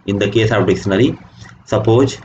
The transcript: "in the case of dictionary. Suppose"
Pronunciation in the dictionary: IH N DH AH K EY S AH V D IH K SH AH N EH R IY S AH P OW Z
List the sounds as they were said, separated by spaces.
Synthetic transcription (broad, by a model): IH N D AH K EY S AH P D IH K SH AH N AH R IY S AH P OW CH